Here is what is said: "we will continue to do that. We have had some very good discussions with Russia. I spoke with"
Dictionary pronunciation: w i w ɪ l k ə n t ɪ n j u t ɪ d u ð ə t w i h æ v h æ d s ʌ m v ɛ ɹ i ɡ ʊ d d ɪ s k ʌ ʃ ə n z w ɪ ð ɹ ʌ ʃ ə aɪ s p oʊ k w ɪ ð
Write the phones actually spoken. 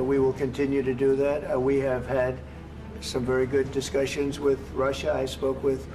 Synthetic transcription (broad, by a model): w i w ɪ l k ə n t ɪ n j u t ɪ d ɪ ð ə t w i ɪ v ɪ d s ʌ m v ɛ ɹ i ɡ ʊ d d ɪ s k ʌ ʃ ə n z w ɪ ð ɹ ʌ ʃ ə aɪ s p oʊ k w ɪ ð